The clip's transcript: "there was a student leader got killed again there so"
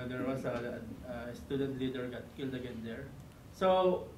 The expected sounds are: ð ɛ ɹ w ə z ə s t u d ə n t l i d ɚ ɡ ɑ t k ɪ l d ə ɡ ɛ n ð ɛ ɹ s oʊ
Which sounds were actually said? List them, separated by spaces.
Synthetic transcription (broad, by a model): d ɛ ɹ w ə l ə s t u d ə n t l i d ɚ ɡ ɑ t k ɪ l d ə ɡ ɛ n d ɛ ɹ s oʊ